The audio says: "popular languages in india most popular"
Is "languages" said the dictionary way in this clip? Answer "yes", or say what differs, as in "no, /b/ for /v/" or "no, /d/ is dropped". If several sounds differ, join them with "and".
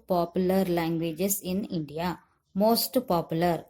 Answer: no, /s/ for /z/